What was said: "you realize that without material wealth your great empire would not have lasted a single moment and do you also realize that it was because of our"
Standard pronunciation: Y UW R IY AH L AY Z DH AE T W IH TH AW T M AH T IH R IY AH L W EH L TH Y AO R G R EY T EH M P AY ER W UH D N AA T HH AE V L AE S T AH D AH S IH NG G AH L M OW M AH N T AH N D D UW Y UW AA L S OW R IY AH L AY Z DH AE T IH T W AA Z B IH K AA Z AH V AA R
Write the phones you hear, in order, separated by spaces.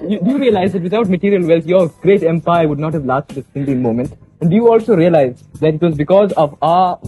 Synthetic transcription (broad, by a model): Y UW R IY AH L AY Z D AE T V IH T AW T M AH T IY R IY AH L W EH L T Y AO R G R EY T EH M P AY ER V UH D N AA T HH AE V L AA S T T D AH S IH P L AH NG M OW M AH N T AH N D D UW Y UW AA L S OW R IY AH L AY Z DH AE T IH T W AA Z B IH K AA Z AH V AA